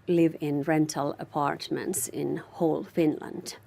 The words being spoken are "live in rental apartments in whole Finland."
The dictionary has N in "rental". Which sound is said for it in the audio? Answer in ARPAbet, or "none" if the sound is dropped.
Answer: N